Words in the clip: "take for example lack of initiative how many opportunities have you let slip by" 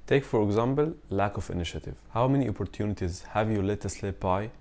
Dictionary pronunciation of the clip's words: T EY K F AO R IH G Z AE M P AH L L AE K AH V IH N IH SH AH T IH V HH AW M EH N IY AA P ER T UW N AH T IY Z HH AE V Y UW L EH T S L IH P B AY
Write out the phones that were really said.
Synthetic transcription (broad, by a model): T EY K F AO R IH G Z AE M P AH L L AE K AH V IH N IH SH AH T IH V HH AW M EH N IY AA P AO T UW N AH T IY Z HH AE V Y UW L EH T S L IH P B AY